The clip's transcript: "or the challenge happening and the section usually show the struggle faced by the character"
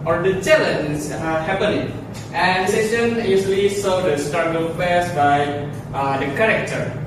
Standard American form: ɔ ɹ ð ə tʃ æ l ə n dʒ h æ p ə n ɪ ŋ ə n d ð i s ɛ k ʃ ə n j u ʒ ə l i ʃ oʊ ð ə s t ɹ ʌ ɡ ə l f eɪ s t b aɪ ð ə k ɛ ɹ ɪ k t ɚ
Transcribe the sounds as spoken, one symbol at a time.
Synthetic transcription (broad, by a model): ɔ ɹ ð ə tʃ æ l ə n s h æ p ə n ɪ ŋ ə n d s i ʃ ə n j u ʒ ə l i s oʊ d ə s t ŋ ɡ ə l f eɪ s b aɪ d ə k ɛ ɹ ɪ k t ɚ